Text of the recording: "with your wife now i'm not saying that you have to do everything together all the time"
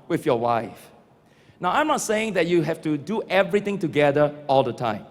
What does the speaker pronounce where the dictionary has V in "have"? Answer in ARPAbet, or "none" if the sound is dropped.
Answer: F